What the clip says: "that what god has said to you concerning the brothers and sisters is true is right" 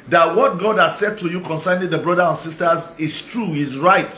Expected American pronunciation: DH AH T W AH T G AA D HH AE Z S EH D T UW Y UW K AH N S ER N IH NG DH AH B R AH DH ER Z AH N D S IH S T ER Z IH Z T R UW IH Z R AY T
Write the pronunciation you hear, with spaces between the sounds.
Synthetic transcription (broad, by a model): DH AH T W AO T G AA D HH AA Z S EH D T UW Y UW K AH N S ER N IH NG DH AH B R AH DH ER AH N S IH S T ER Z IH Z T R UW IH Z R AY T